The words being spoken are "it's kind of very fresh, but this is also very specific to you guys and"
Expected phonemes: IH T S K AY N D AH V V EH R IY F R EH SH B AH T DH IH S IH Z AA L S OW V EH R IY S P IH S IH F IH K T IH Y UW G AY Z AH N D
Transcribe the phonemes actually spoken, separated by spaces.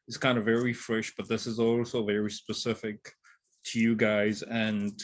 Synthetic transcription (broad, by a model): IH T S K AY N D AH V V EH R IY F R EH SH B AH T DH IH S IH Z AA L S OW V EH R IY S P IH S IH F IH K T IH Y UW G AY Z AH N